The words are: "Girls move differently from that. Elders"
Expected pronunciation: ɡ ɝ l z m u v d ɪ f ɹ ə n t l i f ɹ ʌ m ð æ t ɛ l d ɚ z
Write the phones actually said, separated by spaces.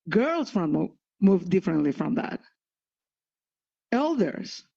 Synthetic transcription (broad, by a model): ɡ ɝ l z m u v d ɪ f ɹ ə n t l i f ɹ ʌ m ð æ t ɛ l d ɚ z